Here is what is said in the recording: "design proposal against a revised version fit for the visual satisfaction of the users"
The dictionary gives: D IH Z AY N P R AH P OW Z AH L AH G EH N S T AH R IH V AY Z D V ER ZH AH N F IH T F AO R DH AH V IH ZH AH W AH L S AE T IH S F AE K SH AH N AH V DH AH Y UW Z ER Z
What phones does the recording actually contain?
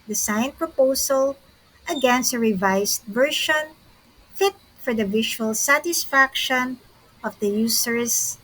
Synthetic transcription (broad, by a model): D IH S AY N P R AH P OW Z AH L AH G EH N S T AH R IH V AY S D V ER SH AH N F IH T F AO R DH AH V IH SH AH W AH L S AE T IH S F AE K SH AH N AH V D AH Y UW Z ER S